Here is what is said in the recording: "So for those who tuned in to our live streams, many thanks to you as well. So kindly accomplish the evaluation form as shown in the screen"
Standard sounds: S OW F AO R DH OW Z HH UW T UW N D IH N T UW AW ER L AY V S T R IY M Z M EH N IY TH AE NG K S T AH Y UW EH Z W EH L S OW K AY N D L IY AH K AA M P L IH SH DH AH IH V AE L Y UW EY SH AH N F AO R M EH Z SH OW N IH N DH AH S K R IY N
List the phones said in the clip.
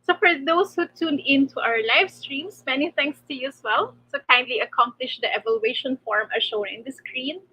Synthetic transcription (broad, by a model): S OW F AO R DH OW S HH UW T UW N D IH N T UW AW ER L AY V S T R IY M S M EH N IY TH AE NG K S T AH Y UW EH S W EH L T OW K AY N D L IY AH K AA M P L IH SH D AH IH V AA L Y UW EY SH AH N F AO R M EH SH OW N IH N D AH S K R IY N